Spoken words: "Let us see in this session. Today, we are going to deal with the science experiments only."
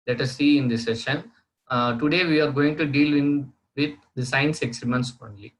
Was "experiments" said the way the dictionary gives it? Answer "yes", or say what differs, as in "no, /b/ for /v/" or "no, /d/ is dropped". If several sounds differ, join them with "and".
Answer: no, /p/ is dropped